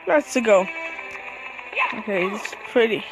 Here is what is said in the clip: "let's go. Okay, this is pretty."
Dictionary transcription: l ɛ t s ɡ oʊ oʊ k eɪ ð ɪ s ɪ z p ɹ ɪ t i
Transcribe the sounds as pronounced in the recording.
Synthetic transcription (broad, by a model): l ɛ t s ɡ oʊ oʊ k eɪ ɪ ɪ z p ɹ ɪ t i